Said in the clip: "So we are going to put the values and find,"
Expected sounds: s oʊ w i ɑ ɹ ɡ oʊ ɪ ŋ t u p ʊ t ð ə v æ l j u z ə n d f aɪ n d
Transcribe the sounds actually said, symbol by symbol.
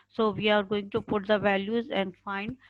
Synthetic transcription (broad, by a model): s oʊ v i ɑ ɹ ɡ oʊ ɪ ŋ t u p ʊ t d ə v æ l j u z ə n d f aɪ n d